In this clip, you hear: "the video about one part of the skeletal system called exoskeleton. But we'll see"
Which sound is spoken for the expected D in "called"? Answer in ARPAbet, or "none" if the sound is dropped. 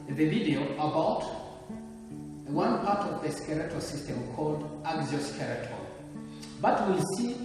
D